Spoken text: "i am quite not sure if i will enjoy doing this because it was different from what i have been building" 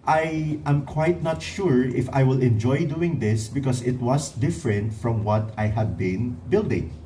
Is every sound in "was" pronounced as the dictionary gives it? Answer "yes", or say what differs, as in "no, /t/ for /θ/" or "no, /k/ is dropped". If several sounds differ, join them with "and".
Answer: no, /s/ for /z/